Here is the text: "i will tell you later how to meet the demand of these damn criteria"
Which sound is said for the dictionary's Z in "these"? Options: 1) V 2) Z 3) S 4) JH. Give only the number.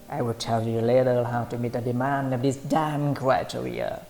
3